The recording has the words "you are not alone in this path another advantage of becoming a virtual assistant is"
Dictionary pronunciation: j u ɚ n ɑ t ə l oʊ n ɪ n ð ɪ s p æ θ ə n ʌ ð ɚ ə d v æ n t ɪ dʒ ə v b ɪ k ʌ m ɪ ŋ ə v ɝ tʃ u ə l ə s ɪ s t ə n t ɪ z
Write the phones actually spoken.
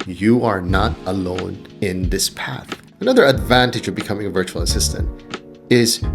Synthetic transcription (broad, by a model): j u ɚ n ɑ t ə l oʊ n ɪ n ð ɪ s p æ θ ə n ʌ ð ɚ ə d v æ n t ɪ dʒ ə v b ɪ k ʌ m ɪ ŋ ə v ɝ tʃ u l ə s ɪ s t ə n t ɪ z